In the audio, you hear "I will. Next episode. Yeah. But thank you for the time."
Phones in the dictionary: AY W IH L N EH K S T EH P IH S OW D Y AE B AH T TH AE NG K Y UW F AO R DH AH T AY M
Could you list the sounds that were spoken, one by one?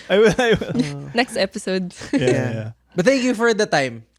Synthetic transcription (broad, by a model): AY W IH W N EH K S T EH P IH S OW D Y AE B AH T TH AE NG K Y UW F AO R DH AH T AY M